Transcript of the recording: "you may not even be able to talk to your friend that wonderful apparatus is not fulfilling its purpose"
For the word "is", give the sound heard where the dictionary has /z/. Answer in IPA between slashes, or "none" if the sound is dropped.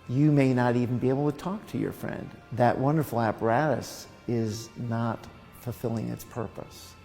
/z/